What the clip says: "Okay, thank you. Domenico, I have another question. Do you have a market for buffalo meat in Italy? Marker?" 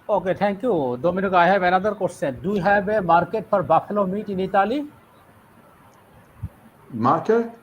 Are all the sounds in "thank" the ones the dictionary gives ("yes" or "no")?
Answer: no